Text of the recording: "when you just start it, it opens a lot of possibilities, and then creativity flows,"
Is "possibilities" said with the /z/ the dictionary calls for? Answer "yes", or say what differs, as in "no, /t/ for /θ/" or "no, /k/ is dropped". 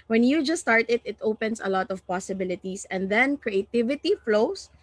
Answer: no, /s/ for /z/